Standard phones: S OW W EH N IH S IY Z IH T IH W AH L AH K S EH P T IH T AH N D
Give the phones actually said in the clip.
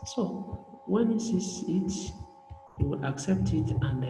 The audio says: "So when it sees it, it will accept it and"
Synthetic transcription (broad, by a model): S OW W EH N IH S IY S IH T IH W AH L AH K S EH P T IH T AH N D